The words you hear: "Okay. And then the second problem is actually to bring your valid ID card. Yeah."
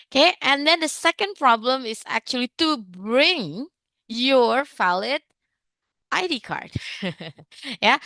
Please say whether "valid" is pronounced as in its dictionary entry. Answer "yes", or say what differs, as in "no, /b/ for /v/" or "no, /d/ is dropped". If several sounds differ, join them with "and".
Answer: no, /f/ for /v/